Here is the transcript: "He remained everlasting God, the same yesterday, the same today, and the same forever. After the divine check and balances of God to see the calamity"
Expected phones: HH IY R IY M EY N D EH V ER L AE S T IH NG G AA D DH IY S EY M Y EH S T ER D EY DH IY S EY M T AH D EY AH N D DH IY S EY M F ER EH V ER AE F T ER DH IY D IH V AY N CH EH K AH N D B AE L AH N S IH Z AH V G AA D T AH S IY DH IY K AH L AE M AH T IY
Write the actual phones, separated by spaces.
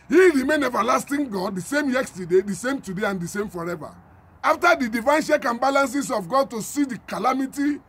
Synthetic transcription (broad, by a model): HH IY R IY M EY N EH V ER L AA S T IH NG G AA D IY S EY M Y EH S T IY D EY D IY S EY M T AH D EY AH N D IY S EY M F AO EH V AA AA F T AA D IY D IH V AY N SH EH K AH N B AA L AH N S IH S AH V G AA D T AH S IY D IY K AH L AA M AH T IY